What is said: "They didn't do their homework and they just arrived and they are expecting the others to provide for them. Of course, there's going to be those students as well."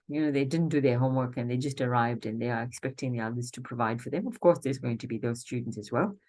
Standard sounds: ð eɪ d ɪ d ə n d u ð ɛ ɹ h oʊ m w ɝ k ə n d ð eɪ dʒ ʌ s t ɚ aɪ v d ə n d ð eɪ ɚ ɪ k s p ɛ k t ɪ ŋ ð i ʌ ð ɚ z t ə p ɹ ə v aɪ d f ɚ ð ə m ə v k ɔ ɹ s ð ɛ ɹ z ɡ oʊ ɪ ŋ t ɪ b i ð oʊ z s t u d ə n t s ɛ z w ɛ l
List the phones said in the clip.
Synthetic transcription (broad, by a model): ð eɪ d ɪ d n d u ð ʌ ɹ h oʊ m w ɝ k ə n ð eɪ dʒ ʌ s t ɚ aɪ v d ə n ð eɪ ɚ ɪ k s p ɛ k t ɪ ŋ ð i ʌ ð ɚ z t ə p ɹ ə v aɪ d f ɚ ð ə m ə v k ɔ ɹ s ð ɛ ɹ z ɡ oʊ ɪ ŋ t ɪ b i ð oʊ z s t u d n t s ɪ z w ɛ l